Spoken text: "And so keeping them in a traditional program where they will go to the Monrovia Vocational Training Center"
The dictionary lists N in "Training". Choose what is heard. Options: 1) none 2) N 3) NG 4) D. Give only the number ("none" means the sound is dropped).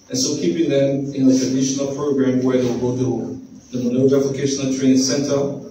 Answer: 1